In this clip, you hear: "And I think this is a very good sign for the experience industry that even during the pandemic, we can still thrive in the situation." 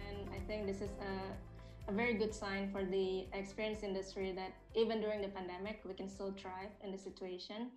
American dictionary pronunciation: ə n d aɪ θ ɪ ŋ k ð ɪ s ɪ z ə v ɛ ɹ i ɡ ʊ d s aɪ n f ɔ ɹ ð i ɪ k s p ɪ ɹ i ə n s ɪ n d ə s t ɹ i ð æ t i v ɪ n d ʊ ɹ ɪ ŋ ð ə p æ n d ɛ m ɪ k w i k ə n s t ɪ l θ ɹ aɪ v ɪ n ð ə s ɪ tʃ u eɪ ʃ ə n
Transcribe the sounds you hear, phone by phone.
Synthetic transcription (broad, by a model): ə n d aɪ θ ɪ ŋ k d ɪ s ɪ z ə v ɛ ɹ i ɡ ʊ d s aɪ n f ɔ ɹ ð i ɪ k s p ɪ ɹ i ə n s ɪ n d ə s t ɹ i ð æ t i v ɪ n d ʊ ɹ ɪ ŋ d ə p æ n d ɛ m ɪ k w i k ə n s t ɪ l t ɹ aɪ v ɪ n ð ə s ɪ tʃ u eɪ ʃ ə n